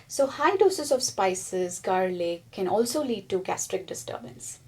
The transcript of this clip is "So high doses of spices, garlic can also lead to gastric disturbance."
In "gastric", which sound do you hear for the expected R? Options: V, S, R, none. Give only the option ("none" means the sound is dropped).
R